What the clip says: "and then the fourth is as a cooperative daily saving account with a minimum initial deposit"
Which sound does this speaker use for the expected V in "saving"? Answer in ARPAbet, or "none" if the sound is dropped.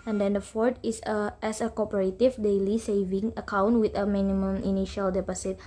V